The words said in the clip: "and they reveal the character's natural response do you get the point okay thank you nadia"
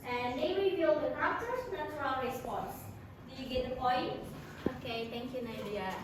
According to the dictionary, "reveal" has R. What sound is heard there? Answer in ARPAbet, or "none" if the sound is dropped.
W